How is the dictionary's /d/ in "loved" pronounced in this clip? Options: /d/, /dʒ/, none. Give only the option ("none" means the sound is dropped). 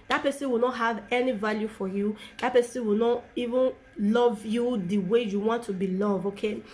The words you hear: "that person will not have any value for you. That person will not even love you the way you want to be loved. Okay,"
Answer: none